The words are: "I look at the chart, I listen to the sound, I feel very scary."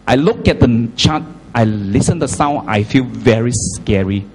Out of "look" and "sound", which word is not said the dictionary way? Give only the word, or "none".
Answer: sound